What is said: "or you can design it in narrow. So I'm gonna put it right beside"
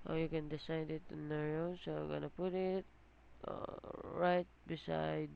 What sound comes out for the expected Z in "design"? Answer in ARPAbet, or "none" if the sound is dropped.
S